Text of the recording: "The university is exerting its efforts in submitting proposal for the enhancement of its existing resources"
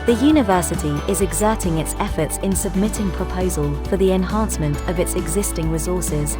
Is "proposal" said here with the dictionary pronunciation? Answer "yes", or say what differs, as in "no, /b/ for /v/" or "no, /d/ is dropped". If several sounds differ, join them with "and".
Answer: yes